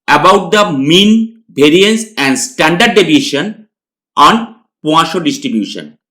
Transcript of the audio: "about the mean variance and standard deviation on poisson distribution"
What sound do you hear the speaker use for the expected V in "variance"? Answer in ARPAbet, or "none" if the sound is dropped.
B